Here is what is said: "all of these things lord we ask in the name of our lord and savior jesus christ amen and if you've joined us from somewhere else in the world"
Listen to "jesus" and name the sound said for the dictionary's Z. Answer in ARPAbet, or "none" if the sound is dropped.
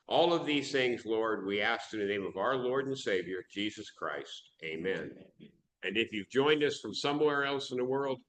Z